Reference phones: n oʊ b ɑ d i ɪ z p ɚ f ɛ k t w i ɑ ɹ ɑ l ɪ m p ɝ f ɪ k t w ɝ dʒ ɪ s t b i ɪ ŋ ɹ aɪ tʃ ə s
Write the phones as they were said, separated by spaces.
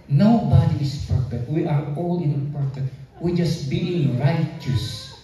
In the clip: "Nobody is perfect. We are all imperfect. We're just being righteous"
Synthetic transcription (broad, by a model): n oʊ b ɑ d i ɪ s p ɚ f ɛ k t w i ɑ ɹ ɑ l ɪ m p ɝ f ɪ t w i dʒ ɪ s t b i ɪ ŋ ɹ aɪ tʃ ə s